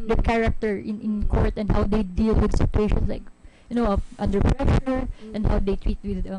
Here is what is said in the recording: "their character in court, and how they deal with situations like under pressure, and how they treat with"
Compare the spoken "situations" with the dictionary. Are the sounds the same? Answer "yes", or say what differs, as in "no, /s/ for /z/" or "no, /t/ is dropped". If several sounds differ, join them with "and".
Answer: no, /s/ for /z/